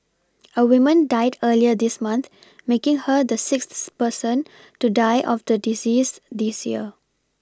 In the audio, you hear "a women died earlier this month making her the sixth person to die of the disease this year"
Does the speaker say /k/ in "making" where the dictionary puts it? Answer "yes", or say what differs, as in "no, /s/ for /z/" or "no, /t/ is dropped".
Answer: yes